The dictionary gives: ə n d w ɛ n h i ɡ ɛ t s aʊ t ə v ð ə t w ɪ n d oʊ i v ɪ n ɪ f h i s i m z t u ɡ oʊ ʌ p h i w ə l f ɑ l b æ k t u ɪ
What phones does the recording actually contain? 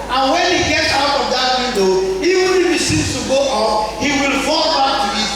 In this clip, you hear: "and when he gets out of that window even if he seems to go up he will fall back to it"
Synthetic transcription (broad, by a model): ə n w ɛ n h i ɡ ɛ t s aʊ t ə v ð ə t w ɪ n d oʊ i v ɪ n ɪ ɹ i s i z t u ɡ oʊ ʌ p h i w ə l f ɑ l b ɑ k t u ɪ